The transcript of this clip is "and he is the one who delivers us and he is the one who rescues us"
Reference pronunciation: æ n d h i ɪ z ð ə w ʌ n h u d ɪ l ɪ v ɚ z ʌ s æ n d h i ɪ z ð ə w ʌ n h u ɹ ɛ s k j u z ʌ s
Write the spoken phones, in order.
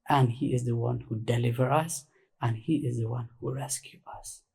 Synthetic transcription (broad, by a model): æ n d h i ɪ z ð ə w ʌ n h u d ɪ l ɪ v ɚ ʌ s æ n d h i ɪ z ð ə w ʌ n h u ɹ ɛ s k j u ʌ s